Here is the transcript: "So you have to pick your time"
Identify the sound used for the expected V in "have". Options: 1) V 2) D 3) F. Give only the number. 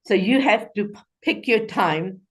3